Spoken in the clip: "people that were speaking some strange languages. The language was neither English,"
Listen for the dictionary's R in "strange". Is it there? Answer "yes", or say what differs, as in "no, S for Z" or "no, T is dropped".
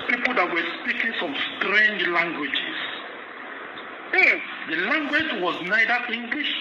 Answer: yes